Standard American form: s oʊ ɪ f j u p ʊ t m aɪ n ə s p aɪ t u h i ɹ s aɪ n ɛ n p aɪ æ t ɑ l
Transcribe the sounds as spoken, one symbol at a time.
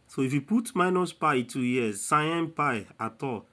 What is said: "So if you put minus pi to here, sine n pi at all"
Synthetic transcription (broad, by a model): s oʊ ɪ f j u p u t m aɪ n ə s p aɪ t u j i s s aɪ ɛ n p aɪ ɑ t ɑ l